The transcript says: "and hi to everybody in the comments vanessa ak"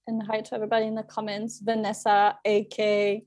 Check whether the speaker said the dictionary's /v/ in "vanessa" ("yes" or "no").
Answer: yes